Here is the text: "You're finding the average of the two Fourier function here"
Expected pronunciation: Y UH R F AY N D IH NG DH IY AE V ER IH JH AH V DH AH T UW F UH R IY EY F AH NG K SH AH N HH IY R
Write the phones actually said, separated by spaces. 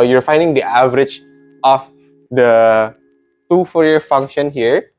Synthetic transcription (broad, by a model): Y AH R F AY N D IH NG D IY AE V ER IH JH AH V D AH T UW F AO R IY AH F AH NG K SH AH N HH IY R